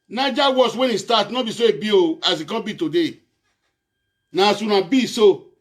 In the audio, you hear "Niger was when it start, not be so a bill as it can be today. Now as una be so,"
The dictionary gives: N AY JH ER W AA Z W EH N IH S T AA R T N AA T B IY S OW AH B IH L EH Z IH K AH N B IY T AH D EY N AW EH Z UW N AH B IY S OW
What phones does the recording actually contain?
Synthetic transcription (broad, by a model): N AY JH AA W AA S W EH N IH S T AA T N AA B IY S OW AH B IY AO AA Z IH K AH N B IY T AH D EY N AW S UW N AH B IY S OW